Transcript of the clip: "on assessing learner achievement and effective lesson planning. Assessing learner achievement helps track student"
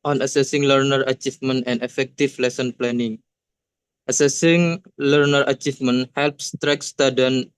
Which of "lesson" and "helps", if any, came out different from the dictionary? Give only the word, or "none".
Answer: none